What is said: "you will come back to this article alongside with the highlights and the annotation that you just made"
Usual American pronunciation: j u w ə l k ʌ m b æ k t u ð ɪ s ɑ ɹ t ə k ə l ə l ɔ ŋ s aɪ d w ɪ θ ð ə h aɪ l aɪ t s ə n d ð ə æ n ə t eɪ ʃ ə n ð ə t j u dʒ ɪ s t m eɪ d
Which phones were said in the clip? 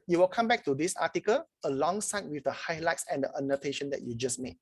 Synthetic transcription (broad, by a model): j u w ə l k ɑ m b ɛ k t u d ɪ s ɑ t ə k ə l ə l ɔ ŋ s aɪ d w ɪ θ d ə h aɪ l aɪ t s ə n d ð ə n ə t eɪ ʃ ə n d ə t j u dʒ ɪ s m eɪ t